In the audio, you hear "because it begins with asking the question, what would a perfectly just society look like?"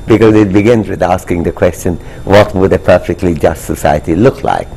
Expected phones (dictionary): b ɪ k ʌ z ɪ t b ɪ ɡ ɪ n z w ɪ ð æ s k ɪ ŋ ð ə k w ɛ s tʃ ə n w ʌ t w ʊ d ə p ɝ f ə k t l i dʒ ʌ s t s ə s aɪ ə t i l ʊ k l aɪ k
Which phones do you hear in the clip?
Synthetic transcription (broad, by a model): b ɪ k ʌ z ɪ t b ɪ ɡ ɪ n z w ɪ ð æ s k ɪ ŋ ð ə k w ɛ s tʃ ə n w ʌ t w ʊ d ə p ɝ f ə k t l i dʒ ʌ s t s ə s aɪ ə t i l ʊ k l aɪ k